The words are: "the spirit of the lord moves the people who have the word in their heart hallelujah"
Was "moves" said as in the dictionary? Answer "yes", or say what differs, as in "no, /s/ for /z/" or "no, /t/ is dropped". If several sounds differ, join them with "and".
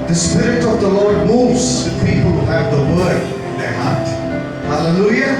no, /v/ is dropped